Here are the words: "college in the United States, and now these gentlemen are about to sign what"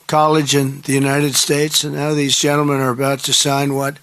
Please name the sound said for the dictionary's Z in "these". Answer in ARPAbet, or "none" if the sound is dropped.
Z